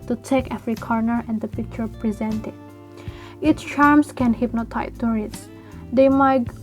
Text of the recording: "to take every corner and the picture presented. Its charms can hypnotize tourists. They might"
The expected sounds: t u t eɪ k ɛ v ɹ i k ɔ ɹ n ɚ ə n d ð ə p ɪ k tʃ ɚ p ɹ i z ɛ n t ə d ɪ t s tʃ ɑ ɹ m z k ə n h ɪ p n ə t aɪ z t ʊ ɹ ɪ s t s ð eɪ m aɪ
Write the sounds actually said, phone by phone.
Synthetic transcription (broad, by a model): t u t eɪ k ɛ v ɹ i k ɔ ɹ n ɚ ə n d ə p ɪ k tʃ ɚ p ɹ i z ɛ n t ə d ɪ t s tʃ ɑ ɹ m s k ə n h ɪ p n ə t aɪ t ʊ ɹ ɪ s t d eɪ m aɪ